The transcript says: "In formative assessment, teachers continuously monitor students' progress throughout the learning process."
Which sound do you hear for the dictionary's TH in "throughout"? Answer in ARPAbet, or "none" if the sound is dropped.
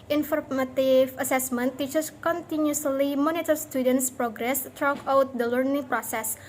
T